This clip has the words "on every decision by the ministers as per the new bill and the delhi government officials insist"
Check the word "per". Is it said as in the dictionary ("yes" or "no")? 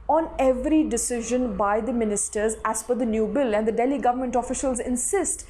no